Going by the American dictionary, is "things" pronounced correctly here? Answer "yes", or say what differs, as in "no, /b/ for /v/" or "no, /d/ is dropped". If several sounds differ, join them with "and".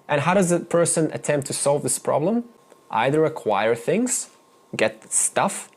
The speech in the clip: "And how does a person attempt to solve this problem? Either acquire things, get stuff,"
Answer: yes